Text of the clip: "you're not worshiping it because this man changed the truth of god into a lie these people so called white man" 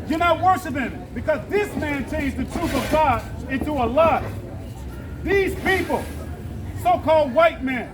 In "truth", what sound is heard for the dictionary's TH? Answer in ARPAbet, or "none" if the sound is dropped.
TH